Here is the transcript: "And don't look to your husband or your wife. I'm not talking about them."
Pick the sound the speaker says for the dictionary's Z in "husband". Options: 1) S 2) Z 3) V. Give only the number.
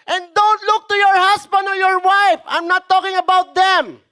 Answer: 1